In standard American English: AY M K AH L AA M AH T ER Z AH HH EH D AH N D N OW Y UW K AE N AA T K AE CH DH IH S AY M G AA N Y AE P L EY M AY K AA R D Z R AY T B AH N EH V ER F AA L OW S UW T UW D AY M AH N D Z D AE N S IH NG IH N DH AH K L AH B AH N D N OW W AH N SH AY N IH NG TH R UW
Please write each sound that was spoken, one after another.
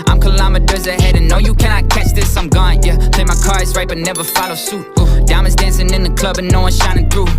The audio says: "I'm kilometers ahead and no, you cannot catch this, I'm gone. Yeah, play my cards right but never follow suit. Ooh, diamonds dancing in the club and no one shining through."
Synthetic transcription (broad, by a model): AY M K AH L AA M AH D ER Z AH HH EH D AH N N OW Y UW K AE N AA T K AE CH DH IH S AY M G AA N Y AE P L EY M AY K AA R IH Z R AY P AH N EH V ER F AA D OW S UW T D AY AH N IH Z D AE N S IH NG IH N DH AH K L AH B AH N N OW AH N SH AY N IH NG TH R UW